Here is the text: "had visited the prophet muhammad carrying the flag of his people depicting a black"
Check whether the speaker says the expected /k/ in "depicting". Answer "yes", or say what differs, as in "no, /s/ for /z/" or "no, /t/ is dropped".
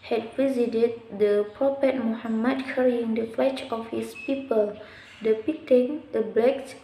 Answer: no, /k/ is dropped